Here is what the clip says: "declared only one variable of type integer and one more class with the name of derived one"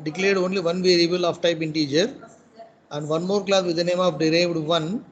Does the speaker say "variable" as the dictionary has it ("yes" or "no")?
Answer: yes